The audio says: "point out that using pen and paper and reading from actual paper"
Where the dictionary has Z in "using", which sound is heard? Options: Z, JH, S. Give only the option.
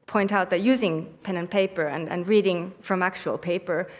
Z